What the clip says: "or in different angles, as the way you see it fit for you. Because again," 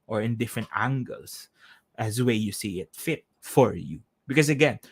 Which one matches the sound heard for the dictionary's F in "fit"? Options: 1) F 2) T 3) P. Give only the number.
1